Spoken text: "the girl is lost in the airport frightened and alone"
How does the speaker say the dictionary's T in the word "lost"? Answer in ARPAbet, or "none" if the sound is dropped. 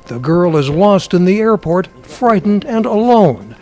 T